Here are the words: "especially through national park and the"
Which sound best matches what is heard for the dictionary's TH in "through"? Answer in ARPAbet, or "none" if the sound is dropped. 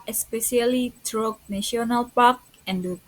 T